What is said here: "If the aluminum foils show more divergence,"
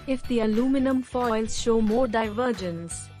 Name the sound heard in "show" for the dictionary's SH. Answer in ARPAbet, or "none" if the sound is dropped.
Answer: SH